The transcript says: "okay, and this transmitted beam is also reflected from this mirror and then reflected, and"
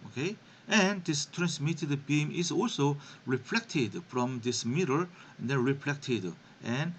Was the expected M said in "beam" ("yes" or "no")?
yes